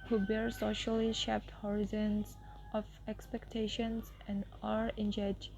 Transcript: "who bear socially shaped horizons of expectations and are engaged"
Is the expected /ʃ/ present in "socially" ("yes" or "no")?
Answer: yes